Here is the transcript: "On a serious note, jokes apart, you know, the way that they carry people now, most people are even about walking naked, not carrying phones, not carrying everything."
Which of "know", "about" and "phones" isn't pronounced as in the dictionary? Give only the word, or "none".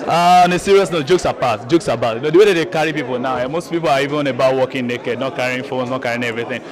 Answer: phones